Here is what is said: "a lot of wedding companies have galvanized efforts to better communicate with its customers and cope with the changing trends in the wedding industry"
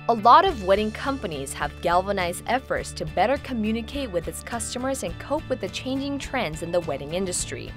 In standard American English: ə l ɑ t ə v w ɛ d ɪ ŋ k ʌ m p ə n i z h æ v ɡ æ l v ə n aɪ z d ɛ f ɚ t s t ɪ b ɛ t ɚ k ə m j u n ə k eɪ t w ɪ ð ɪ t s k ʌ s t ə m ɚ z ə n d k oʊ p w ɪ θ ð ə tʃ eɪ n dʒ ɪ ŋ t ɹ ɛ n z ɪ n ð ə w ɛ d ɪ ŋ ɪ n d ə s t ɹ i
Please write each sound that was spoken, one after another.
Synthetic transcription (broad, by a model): ə l ɑ t ə v w ɛ d ɪ ŋ k ʌ m p ə n i z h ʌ v ɡ æ l v ə n aɪ z d ɛ f ɚ t s t ɪ b ɛ t ɚ k ə m j u n ə k eɪ t w ɪ ð ɪ t s k ʌ s t ə m ɚ z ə n k oʊ p w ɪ ð ə tʃ eɪ n dʒ ɪ ŋ t ɹ ɛ n z ɪ n ð ə w ɛ d ɪ ŋ ɪ n d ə s t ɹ i